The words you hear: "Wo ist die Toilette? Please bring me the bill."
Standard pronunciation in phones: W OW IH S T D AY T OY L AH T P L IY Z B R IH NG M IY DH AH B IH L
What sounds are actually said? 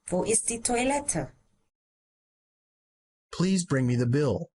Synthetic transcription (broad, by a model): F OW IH S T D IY T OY L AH T P L IY Z B R IH NG M IY DH AH B IH L